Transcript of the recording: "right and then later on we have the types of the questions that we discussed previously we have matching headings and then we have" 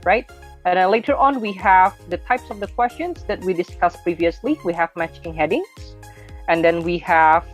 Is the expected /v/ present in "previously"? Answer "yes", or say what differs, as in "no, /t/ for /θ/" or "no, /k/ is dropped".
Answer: yes